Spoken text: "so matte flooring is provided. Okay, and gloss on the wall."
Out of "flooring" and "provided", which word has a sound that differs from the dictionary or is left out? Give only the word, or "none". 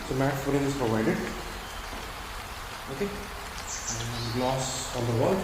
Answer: flooring